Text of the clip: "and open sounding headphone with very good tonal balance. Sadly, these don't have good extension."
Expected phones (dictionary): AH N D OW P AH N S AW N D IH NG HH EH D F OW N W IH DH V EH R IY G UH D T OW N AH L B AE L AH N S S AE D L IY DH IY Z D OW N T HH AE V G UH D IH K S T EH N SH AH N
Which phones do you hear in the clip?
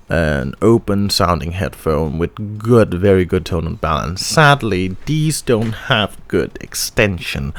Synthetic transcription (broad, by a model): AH N OW P AH N S AW N D IH NG HH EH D F OW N W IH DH V EH R IY G UH D T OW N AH N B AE L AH N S S AE D L IY DH IY Z D OW N T HH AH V G UH D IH K S T EH N SH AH N